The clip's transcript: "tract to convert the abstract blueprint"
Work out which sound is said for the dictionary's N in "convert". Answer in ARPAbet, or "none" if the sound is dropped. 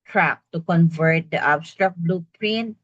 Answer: N